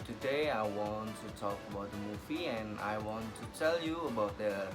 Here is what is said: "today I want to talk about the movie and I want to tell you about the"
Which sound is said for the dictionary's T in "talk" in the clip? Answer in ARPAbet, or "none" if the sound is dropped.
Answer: T